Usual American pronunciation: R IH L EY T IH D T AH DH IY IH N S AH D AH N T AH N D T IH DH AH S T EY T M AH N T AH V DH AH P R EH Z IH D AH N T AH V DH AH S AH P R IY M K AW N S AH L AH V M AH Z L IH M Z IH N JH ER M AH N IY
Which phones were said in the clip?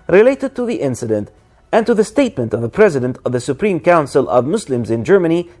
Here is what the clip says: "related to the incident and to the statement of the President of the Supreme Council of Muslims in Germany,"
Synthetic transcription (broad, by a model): R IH L EY T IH D T AH DH IY IH N S AH D AH N T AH N T IH DH AH S T EY T M AH N T AH V DH AH P R EH Z IH D AH N T AH V DH AH S AH P R IY M K AW N S AH L AH V M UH S L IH M Z IH N JH ER M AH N IY